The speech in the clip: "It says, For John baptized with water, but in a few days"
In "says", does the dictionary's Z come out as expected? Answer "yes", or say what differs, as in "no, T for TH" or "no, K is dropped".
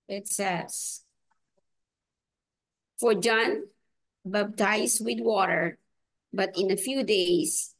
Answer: no, S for Z